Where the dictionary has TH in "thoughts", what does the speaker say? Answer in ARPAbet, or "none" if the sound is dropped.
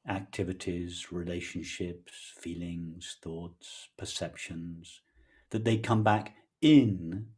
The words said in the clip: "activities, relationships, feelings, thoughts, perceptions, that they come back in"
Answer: TH